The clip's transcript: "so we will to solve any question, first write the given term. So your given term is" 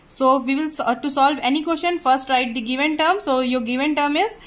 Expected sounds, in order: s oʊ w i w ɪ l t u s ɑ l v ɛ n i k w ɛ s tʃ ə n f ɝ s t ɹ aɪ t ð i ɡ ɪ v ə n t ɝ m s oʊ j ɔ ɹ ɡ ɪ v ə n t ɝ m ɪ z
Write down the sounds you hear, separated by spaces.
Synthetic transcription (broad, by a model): s oʊ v i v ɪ l t u s ɑ l v ɛ n i k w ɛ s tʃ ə n f ɝ s t ɹ aɪ t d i ɡ ɪ v ə n t ɝ m s oʊ j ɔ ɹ ɡ ɪ v ə n t ɝ m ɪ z